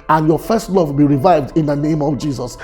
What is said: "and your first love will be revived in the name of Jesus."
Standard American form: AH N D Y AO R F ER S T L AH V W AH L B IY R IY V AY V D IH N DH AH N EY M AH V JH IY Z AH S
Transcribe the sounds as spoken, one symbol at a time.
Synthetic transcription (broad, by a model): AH N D Y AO F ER S T L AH V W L B IY R IY V AY V D IH N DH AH N EY M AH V JH IY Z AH S